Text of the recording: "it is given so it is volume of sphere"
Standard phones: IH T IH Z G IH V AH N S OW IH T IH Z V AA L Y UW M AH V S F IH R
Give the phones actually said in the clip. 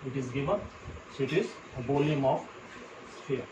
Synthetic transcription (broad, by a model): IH T IH Z G IH V AH N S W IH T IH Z B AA L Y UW M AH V S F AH R